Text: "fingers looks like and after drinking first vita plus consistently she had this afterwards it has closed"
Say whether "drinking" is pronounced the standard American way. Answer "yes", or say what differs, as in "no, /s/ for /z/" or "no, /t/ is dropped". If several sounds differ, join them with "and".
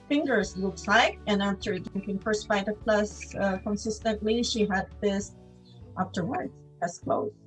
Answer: no, /ɹ/ is dropped